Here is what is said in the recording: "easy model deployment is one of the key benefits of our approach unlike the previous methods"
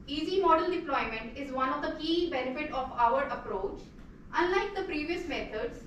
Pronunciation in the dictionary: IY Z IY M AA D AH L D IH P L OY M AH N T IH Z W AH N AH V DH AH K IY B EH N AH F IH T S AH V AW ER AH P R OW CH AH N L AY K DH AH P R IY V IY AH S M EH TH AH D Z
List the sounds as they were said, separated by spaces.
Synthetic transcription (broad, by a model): IY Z IY M AA D AH L D IH P L OY M AH N T IH Z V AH N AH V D AH K IY B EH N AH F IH T AH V AW ER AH P R OW CH AH N L AY K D AH P R IY V IY AH S M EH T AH D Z